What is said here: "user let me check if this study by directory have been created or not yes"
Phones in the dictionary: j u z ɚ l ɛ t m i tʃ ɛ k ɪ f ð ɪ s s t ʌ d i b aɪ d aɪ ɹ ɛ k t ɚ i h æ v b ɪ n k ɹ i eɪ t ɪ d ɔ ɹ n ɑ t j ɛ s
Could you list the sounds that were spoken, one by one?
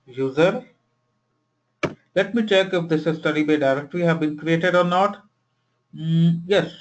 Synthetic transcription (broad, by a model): j u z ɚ l ɛ t m i tʃ ɛ k ɪ f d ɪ s s t ʌ d i b aɪ d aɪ ɹ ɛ k t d i h æ v b ɪ n k ɹ i eɪ t ɪ d ɔ ɹ n ɑ t j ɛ s